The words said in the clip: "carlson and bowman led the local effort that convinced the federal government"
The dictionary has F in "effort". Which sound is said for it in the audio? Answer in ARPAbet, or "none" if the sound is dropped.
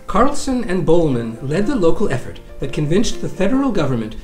F